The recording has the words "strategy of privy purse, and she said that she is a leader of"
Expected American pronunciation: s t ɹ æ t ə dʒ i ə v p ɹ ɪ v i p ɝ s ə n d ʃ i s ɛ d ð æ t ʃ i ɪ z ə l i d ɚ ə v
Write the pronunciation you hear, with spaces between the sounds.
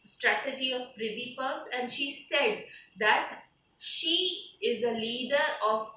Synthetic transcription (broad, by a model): s t ɹ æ t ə dʒ i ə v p ɹ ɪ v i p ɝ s ə n d ʃ i s ɛ d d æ t ʃ i ɪ z ə l i d ɚ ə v